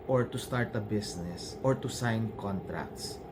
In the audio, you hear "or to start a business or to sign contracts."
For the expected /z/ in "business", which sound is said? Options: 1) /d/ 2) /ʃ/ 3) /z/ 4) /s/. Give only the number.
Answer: 4